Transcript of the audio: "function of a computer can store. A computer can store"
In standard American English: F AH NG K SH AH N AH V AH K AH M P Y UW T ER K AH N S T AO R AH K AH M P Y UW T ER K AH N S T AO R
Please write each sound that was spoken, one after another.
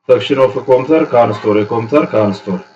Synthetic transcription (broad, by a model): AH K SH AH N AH F AH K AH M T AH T K AH N S T AO R AH K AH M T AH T K AH N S T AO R